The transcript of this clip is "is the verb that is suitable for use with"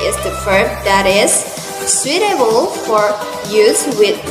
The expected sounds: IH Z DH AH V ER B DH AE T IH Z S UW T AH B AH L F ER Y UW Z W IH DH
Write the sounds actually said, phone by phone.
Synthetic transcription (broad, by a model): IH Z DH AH F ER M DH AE T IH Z S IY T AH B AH L F ER Y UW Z W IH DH